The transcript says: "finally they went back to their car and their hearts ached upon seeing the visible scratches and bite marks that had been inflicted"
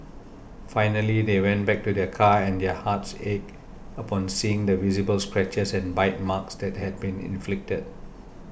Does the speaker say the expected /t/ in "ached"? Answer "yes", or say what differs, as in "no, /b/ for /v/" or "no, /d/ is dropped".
no, /t/ is dropped